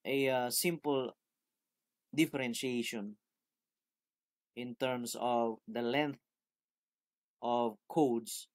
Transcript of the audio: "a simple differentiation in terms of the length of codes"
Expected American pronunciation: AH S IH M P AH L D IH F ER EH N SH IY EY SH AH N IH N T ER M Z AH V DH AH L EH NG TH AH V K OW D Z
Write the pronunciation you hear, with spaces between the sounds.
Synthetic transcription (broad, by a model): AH S IH M P AH L D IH F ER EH N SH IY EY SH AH N IH N T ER M S AH V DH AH L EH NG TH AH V K OW D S